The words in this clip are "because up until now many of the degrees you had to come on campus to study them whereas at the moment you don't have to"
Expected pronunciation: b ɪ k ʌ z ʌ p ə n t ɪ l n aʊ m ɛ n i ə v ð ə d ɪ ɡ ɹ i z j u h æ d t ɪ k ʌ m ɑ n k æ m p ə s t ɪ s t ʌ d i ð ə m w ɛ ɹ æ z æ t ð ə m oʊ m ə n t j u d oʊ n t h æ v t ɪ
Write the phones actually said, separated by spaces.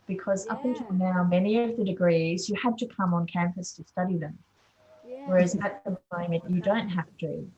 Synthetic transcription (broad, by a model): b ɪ k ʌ z ʌ p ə n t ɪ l n aʊ m ɛ n i ə v ð ə d ɪ ɡ ɹ i z j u h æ d t ɪ k ʌ m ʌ n k æ m p ə s t ɪ s t ʌ d i ð ə m w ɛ ɹ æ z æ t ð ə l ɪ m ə t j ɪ d oʊ n t h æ f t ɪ